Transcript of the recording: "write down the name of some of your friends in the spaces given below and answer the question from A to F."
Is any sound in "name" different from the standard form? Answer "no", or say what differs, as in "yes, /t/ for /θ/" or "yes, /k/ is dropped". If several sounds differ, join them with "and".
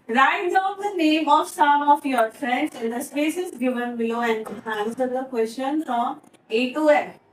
no